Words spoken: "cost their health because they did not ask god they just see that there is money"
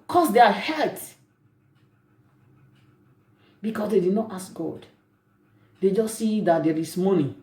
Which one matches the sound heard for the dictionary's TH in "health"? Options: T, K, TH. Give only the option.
T